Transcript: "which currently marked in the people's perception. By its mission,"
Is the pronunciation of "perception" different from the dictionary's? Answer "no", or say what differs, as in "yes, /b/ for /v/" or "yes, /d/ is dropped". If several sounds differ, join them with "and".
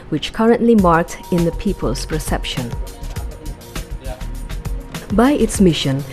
no